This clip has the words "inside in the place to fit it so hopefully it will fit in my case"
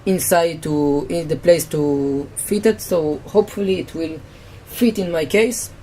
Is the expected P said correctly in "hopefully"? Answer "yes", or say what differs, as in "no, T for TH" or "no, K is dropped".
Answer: yes